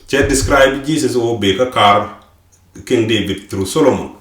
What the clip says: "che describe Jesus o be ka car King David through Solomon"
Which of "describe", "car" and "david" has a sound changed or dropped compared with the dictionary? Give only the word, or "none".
david